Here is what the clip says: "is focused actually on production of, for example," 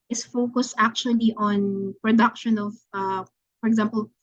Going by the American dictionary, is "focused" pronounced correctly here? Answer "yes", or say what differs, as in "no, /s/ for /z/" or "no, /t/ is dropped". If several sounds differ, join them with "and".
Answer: yes